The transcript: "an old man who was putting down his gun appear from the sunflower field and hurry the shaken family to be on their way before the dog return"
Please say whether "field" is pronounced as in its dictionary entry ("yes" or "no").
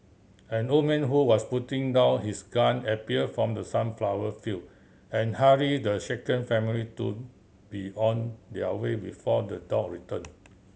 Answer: no